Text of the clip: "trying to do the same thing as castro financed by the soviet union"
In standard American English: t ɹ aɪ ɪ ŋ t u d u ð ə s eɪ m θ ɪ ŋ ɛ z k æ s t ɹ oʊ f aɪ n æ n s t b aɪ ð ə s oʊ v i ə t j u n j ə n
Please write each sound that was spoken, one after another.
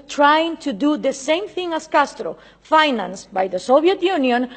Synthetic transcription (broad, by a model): t ɹ aɪ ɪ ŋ t u d u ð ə s eɪ m θ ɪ ŋ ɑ s k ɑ s t ɹ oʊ f aɪ n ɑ n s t b aɪ ð ə s oʊ b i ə t j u n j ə n